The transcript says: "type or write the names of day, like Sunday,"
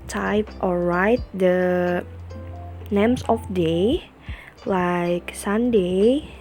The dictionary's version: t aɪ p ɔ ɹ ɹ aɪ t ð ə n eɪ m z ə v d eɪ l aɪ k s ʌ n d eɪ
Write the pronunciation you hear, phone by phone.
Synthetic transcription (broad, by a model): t aɪ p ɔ l ɹ aɪ t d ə n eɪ m s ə f d eɪ l aɪ k s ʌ n d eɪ